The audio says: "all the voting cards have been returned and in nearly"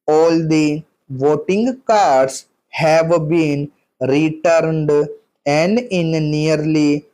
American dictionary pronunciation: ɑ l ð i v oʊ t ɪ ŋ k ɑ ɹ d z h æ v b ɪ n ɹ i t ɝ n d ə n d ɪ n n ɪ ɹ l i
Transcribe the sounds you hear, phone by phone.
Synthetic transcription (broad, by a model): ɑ l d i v oʊ t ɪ ŋ k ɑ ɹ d s h æ v b ɪ n ɹ i t ɝ n d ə n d ɪ n n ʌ ɹ l i